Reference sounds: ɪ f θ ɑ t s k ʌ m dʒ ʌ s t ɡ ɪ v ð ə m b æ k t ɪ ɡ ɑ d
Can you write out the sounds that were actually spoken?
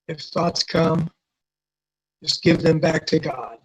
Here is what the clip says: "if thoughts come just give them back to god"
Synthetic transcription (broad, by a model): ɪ f θ ɑ t s k ʌ m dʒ ʌ s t ɡ ɪ v ð ə m b æ k t ɪ ɡ ɑ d